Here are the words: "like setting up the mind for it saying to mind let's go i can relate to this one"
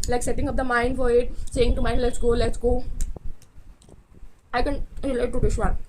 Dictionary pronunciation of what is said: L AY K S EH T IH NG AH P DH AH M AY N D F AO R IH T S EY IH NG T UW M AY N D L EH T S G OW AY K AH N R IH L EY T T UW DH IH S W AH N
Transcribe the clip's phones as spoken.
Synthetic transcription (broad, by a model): L AY K S EH T IH NG AH P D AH M AY N D F AO R IH T S EY IH NG T UW M AY N D L EH T S G OW AY K AH N L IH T T UW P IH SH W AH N